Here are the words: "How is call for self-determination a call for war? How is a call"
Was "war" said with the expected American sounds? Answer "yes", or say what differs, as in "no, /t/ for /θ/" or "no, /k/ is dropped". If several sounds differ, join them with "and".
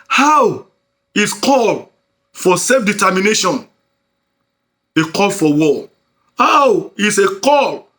no, /l/ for /ɹ/